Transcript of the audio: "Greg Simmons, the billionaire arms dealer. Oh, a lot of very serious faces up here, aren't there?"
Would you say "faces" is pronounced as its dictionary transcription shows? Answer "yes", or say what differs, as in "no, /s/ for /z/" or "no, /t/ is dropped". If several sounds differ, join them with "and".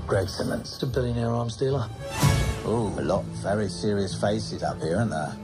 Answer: yes